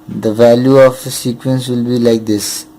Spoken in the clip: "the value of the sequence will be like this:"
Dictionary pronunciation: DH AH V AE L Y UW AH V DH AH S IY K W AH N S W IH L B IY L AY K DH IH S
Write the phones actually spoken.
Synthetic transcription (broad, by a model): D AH V AE L Y UW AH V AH S IY K W AH N S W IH L B IY L AY K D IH S